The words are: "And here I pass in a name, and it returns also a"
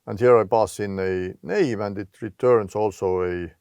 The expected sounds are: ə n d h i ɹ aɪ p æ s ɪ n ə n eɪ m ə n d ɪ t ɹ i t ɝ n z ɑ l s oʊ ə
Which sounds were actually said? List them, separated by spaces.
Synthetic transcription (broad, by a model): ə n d h i ɹ aɪ b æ s ɪ n ə n eɪ m ə n d ɪ t ɹ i t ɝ n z ɑ l s oʊ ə